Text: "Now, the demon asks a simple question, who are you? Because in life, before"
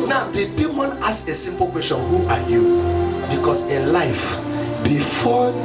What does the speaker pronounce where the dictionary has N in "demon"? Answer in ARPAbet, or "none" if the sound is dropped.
N